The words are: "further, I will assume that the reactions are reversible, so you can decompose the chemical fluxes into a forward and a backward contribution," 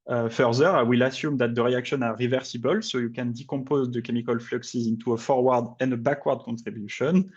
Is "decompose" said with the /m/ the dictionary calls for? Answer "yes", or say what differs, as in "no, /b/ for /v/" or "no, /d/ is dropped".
no, /m/ is dropped